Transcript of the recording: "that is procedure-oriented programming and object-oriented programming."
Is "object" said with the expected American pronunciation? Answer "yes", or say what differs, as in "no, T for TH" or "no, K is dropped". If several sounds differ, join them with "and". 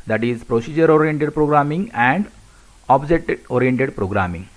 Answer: no, K is dropped